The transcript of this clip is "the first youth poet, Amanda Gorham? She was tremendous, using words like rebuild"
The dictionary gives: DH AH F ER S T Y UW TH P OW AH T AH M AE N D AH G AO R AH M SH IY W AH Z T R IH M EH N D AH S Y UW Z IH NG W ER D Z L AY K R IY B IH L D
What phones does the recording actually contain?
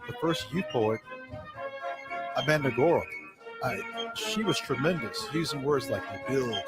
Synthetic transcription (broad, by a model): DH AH F ER S T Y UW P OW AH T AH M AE N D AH G AO R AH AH SH IY W AH Z T R IH M EH N D AH S Y UW Z IH NG W ER D Z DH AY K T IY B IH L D